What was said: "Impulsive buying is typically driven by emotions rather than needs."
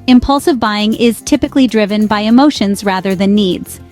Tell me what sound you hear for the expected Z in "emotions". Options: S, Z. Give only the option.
Z